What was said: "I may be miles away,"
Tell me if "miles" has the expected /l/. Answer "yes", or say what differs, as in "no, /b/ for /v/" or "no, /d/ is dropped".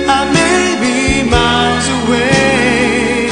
no, /l/ is dropped